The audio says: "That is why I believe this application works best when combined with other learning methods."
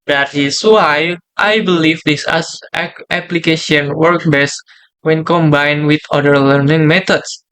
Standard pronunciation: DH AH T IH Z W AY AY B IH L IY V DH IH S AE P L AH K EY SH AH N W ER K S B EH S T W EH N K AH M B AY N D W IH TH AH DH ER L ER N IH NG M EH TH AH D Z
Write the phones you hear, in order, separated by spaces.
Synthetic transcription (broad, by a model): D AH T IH S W AY AY B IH L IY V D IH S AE P L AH K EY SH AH N W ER K B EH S W EH N K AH M B AY N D W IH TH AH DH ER L ER N IH NG M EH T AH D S